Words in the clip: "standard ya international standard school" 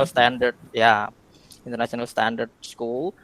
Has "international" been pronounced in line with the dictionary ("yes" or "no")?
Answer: no